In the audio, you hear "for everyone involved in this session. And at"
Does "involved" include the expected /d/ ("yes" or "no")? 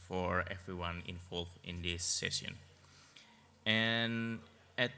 no